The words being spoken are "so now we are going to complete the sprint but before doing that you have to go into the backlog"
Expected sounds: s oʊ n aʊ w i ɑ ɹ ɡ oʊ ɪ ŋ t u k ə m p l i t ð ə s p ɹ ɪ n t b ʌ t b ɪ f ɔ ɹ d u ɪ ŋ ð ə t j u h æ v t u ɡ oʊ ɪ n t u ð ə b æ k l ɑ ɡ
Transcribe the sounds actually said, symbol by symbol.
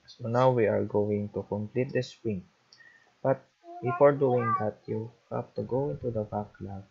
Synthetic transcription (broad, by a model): s oʊ n aʊ w i ɑ ɹ ɡ oʊ ɪ ŋ t u k ə m p l i t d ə s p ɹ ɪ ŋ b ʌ t b ɪ f ɔ ɹ d u ɪ ŋ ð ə t j u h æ p t u ɡ oʊ ɪ n t u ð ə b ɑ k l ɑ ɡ